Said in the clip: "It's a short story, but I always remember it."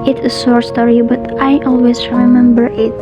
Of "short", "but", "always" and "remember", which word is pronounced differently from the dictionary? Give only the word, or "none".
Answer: short